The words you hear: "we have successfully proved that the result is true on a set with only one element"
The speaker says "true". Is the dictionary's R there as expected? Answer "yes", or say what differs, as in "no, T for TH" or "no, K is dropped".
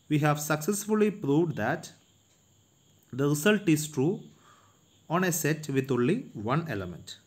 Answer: yes